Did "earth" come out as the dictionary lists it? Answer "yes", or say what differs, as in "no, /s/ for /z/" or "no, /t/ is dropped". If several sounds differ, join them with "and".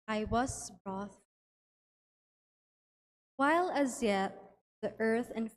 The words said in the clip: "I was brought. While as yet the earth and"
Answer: yes